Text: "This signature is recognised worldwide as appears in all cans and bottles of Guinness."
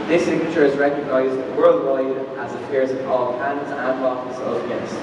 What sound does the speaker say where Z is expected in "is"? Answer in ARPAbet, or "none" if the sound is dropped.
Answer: Z